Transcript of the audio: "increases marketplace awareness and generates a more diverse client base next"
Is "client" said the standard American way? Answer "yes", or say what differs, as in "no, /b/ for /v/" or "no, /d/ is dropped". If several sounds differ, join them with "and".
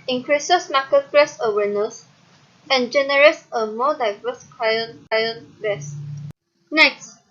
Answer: no, /n/ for /l/